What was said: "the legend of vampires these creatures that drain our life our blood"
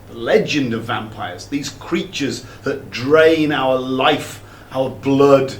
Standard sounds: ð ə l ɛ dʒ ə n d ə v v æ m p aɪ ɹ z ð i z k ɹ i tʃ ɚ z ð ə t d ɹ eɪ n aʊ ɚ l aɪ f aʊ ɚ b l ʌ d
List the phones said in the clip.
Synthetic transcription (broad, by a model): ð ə l ɛ dʒ ə n d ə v v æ m p aɪ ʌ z ð i z k ɹ i tʃ ɚ z ð ə t d ɹ eɪ n aʊ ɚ l aɪ f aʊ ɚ b l ʌ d